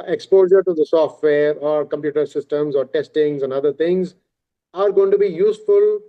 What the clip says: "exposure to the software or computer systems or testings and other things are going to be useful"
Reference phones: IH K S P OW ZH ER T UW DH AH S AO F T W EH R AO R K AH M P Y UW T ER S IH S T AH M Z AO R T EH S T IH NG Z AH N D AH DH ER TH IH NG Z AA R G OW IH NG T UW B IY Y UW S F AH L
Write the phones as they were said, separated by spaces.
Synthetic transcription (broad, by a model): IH K S P OW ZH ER T UW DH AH S AO F T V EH R AO R K AH M P Y UW T ER S IH S T AH M Z AO R T EH S T IH NG Z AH N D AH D ER T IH NG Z AA R G OW IH NG T UW B IY Y UW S F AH L